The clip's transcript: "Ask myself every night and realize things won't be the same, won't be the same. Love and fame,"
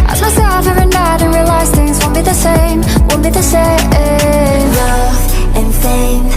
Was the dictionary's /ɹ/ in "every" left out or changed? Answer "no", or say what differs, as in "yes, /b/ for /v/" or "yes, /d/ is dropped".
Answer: yes, /ɹ/ is dropped